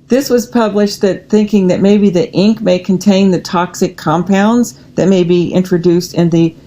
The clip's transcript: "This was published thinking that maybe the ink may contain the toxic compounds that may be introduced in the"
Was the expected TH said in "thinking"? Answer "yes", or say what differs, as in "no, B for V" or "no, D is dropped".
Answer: yes